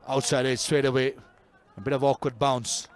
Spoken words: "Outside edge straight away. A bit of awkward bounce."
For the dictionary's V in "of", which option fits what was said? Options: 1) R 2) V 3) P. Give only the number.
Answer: 2